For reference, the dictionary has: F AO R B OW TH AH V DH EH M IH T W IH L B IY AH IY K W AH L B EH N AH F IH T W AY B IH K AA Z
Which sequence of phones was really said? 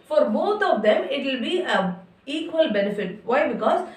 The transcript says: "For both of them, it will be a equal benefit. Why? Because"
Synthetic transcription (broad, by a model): F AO R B OW T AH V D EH M IH T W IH L B IY AH IY K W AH L B EH N AH F IH T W AY B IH K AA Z